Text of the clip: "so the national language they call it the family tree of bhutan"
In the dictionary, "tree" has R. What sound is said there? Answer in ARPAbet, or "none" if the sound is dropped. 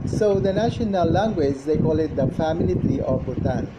none